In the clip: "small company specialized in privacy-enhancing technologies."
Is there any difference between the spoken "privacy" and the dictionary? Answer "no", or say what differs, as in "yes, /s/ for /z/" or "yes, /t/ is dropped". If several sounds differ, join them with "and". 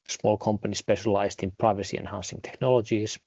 no